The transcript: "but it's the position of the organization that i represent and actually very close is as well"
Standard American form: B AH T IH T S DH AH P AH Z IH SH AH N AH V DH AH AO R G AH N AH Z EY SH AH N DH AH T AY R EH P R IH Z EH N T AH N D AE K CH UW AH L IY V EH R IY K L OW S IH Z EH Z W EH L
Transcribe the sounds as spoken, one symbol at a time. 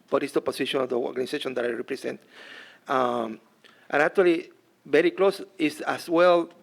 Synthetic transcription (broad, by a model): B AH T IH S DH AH P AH S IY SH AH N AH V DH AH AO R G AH N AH S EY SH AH N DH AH T AY R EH P R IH S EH N T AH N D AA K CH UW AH L IY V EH R IY K L OW S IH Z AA S W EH L